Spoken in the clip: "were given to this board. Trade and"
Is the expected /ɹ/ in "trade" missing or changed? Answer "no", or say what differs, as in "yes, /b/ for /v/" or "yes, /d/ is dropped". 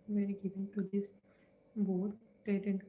yes, /ɹ/ is dropped